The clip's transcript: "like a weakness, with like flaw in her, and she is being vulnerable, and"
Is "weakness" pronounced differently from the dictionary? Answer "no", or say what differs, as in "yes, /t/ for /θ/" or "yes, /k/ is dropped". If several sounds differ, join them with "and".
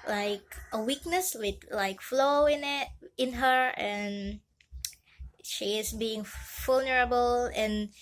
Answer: no